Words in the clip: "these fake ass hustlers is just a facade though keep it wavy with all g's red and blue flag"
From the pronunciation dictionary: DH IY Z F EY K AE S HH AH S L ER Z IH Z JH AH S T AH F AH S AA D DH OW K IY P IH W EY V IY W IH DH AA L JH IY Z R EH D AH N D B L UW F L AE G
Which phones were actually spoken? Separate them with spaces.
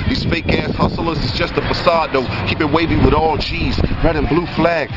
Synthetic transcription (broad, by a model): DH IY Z F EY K AE S HH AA S L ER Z IH Z JH AH S T AH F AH S AA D DH OW K IY P IH W EY V IY W IH DH AA L CH IY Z R EH D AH N B L UW F L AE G